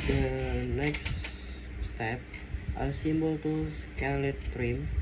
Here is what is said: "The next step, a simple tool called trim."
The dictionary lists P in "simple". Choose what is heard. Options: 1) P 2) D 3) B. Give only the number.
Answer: 3